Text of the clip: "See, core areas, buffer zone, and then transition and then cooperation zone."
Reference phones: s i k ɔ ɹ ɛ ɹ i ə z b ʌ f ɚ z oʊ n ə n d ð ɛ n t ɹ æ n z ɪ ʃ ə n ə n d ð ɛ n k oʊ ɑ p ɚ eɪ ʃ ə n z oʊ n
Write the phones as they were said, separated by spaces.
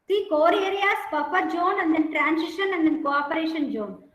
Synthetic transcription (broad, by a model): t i k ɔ ɹ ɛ ɹ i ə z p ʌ p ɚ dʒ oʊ n ə n d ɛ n t ɹ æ n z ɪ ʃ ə n ə n d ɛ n k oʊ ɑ p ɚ eɪ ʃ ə n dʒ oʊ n